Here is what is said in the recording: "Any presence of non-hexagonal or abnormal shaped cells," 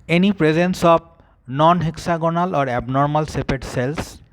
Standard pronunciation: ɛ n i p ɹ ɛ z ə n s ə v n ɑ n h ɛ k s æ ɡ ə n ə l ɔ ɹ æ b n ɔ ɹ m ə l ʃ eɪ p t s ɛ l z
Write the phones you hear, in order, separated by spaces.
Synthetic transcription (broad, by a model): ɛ n i p ɹ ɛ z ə n s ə b n ɑ n h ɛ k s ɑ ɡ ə n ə l ɔ ɹ æ b n ɔ ɹ m ə l s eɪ p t s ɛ l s